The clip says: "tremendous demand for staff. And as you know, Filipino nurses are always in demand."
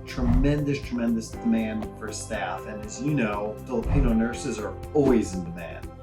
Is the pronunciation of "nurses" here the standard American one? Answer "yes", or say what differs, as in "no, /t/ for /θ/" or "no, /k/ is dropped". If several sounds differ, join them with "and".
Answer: yes